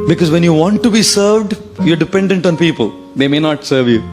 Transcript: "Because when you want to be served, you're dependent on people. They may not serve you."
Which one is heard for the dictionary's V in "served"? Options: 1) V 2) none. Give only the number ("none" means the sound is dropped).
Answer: 1